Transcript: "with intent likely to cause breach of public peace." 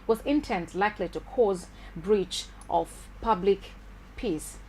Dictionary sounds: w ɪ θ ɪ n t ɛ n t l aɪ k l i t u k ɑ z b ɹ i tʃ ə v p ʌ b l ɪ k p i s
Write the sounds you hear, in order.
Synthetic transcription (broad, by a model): w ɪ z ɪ n t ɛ n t l aɪ k l i t u k ɑ z b ɹ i tʃ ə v p ʌ b l ɪ k p i s